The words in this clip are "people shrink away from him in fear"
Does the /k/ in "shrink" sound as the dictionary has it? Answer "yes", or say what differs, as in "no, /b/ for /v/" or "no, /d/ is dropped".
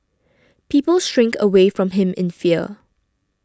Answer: yes